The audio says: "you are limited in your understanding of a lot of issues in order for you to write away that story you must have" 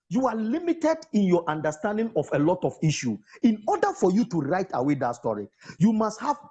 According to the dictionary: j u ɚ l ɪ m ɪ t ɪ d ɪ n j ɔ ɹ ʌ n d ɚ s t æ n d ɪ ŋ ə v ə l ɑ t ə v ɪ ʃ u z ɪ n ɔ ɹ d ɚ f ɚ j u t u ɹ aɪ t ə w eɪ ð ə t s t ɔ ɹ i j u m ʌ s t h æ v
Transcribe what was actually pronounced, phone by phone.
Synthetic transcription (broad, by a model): j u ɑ l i m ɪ t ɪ d ɪ n j ɔ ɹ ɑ n d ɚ s t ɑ n d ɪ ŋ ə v ə l ɑ t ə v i ʃ u ɪ n ɔ d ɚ f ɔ j u t u ɹ aɪ t ə w eɪ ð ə t s t ɔ ɹ i j u m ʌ s t h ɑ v